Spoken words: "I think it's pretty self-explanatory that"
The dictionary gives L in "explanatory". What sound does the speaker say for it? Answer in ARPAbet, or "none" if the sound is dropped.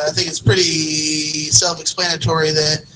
L